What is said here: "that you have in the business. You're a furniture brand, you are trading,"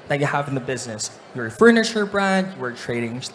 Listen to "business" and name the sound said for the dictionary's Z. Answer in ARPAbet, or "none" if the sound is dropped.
Z